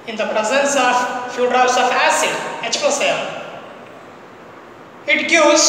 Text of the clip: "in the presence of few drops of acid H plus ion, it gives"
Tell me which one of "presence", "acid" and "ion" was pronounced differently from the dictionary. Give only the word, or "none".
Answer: ion